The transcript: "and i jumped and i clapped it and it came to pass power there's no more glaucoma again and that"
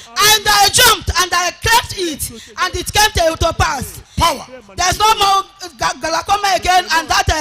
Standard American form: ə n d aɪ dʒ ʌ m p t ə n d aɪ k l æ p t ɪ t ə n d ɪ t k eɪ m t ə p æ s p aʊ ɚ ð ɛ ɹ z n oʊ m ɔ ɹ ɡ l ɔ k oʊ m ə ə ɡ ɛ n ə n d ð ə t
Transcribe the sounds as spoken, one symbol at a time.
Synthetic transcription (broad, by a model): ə n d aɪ dʒ ʌ m p t ə n d aɪ k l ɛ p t ɪ t ə n d ɪ t k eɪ m t ə p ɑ s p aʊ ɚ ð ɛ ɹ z n oʊ m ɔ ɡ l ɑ k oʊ m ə ə ɡ ɛ n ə n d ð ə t